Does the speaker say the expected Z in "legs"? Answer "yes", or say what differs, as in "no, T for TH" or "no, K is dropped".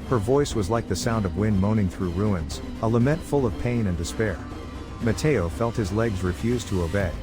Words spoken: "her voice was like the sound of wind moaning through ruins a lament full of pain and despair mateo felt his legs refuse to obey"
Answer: yes